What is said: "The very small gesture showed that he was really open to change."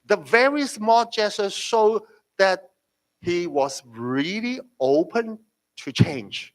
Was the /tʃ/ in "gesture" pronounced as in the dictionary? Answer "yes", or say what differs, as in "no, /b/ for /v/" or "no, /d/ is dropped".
no, /tʃ/ is dropped